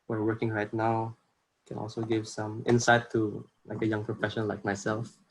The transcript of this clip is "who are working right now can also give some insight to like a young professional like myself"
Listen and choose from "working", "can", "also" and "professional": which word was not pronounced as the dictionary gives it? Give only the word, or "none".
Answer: professional